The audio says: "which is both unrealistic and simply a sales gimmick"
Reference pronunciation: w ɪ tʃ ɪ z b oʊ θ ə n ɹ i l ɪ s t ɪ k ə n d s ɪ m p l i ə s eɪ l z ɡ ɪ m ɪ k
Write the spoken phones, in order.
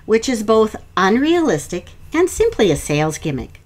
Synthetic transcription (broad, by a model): w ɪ tʃ ɪ z b oʊ θ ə n ɹ i l ɪ s t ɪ k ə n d s ɪ m p l i ə s eɪ l z ɡ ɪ m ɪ k